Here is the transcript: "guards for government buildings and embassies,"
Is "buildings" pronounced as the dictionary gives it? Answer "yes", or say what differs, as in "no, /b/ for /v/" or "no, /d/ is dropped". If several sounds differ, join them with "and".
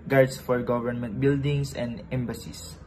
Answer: no, /s/ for /z/